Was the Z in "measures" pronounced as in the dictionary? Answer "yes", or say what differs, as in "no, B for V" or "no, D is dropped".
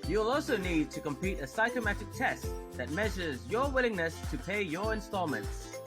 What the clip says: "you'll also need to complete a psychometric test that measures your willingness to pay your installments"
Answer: yes